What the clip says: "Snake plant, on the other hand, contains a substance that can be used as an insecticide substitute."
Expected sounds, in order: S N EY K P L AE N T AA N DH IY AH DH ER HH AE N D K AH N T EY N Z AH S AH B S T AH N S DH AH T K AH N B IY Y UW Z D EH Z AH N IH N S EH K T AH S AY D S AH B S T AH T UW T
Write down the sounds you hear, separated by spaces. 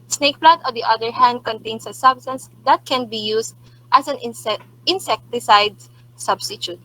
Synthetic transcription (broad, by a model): S N EY K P L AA T AA N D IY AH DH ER HH AE N D K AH N T EY N S AH S AH B S T AH N S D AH T K AH N B IY Y UW S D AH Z AH N IH N S EH K T AH S AY D S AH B S T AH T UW T